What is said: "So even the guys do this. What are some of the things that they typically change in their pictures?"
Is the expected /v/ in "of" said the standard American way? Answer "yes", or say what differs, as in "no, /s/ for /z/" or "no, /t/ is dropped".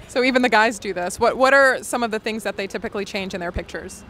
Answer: yes